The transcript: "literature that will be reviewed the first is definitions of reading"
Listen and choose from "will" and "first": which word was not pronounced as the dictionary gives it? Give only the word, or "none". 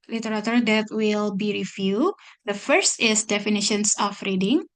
none